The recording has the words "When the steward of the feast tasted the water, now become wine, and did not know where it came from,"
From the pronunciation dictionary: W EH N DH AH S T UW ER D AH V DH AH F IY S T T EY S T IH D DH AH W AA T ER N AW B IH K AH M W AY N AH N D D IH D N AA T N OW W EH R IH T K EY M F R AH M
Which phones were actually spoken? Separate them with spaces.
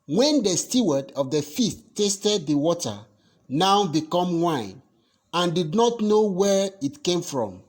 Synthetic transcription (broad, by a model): W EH N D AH S T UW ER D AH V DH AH F IY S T T EY S T IH D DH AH W AA T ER N AW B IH K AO M W AY N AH N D D IH D N AA T N OW W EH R IH T K EY M F R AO M